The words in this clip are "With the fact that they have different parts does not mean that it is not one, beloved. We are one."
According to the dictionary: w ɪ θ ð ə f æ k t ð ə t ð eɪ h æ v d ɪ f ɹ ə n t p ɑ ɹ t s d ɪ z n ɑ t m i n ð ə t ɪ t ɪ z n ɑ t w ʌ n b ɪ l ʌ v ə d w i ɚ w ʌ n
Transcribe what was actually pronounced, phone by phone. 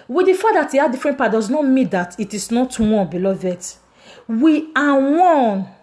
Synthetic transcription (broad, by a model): w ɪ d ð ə f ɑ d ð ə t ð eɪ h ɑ d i f ɹ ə n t p ɑ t d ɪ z n ɑ t m i n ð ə t ɪ t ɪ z n ɑ t w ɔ n b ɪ l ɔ v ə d w i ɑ w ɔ n